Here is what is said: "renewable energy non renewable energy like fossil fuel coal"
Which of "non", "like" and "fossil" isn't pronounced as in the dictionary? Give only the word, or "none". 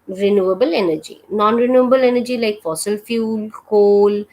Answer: none